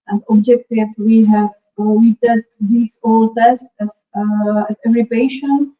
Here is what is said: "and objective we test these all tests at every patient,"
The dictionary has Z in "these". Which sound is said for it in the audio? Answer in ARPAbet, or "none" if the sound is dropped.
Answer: S